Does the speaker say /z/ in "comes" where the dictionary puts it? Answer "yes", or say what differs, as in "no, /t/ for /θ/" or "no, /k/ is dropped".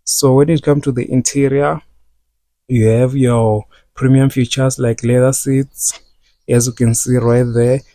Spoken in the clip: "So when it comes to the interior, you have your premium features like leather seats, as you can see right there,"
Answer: no, /z/ is dropped